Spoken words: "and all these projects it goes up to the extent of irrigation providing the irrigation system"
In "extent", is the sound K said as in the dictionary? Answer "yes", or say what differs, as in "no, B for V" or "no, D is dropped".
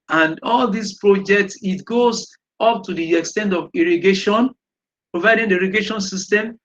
yes